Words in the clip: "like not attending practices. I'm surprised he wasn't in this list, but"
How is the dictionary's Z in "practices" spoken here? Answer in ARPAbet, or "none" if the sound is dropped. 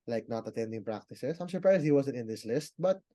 S